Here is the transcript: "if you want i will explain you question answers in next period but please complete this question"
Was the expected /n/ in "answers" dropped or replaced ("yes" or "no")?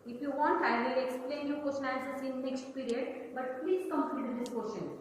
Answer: yes